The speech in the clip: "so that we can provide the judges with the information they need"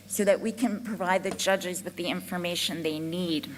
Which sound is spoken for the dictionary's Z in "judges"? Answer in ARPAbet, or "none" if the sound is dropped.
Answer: Z